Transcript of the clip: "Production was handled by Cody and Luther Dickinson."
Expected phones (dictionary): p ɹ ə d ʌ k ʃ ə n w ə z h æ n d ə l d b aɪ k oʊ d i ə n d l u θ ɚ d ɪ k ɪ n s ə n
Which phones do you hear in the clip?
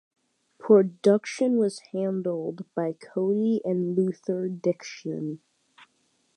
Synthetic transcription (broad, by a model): p ɹ ə d ʌ k ʃ ə n w ə z h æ n d l d b aɪ k oʊ i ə n l u θ ɚ d ɪ k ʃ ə n